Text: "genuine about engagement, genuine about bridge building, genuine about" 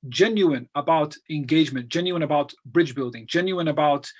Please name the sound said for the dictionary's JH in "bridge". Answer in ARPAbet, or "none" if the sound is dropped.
JH